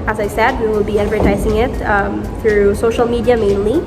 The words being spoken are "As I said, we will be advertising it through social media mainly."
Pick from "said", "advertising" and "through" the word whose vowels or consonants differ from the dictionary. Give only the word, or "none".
none